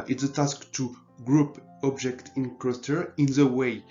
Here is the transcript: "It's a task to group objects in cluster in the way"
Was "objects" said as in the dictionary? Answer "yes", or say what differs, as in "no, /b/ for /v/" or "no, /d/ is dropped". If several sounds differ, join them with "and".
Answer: no, /s/ is dropped